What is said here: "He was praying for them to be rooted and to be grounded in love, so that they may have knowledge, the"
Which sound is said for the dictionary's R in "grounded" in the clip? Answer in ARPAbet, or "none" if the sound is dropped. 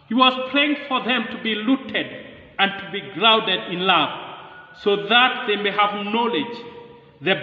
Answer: R